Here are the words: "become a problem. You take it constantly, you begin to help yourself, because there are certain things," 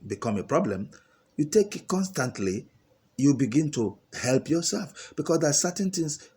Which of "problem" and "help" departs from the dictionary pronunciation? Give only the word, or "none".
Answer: none